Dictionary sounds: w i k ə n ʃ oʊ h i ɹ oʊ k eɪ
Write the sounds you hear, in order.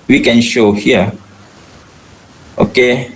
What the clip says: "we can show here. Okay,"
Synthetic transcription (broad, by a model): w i k ə n ʃ oʊ h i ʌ oʊ k eɪ